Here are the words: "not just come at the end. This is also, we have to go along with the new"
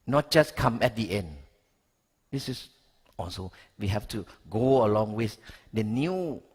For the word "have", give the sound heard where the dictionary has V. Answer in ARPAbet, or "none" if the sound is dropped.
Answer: F